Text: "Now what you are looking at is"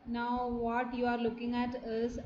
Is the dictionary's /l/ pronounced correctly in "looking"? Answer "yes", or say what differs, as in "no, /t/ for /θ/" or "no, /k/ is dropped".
yes